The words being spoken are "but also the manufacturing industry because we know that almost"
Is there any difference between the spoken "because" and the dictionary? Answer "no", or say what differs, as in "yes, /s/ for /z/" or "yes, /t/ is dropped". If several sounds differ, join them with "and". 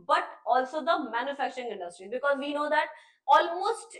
no